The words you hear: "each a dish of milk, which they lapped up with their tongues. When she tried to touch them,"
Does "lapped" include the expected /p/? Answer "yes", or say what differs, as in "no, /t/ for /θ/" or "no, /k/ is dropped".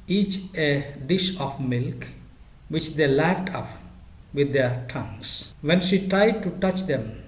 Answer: no, /f/ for /p/